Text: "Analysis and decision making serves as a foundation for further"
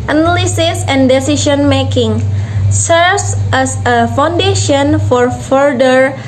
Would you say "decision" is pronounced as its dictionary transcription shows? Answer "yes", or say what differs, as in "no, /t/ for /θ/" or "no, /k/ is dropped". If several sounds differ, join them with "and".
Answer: no, /ʃ/ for /ʒ/